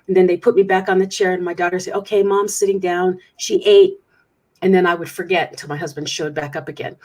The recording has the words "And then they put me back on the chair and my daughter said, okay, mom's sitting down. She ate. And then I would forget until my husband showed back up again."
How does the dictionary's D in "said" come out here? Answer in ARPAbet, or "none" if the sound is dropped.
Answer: none